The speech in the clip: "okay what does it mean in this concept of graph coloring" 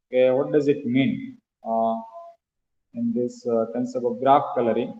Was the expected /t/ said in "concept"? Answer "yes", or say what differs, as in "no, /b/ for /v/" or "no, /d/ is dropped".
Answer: no, /t/ is dropped